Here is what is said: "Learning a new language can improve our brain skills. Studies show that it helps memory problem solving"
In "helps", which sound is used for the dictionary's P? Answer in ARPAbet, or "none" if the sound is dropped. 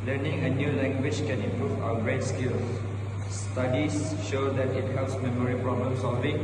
none